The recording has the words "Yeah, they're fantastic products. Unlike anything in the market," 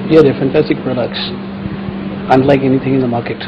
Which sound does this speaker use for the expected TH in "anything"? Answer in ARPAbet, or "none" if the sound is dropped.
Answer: TH